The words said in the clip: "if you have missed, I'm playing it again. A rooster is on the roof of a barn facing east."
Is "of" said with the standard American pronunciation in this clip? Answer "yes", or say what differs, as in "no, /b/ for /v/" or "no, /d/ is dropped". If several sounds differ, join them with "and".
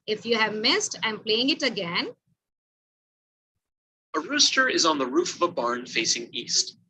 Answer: yes